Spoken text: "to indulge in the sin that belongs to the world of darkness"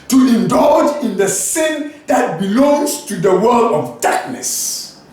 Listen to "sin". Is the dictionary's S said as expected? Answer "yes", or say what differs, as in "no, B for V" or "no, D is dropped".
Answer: yes